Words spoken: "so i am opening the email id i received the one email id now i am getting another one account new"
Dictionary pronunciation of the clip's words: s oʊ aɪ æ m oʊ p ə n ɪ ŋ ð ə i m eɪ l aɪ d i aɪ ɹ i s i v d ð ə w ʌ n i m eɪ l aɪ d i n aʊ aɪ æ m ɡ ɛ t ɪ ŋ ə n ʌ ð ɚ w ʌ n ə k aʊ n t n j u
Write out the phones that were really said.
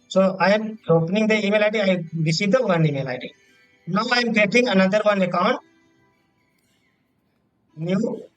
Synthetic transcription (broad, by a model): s oʊ aɪ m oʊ p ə n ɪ ŋ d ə i m eɪ l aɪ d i aɪ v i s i d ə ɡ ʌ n i m eɪ l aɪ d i n aʊ aɪ m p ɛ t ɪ ŋ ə n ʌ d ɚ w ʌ n ə k aʊ n t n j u